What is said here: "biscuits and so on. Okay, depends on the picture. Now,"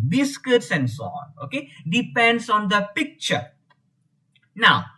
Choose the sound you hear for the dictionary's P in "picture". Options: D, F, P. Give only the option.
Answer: P